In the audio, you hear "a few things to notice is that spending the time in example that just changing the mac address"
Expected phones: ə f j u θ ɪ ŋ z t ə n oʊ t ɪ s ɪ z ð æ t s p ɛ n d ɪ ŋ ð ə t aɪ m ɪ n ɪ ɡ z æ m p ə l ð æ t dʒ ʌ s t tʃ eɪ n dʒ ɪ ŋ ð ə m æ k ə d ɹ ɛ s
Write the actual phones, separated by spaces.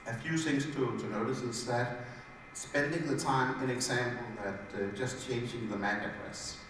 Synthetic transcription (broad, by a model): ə f j u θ ɪ ŋ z t ə n oʊ t ɪ s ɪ s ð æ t s p ɛ n d ɪ ŋ ð ə t aɪ m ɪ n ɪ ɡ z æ m p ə l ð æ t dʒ ʌ s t tʃ eɪ n dʒ ɪ ŋ ð ə m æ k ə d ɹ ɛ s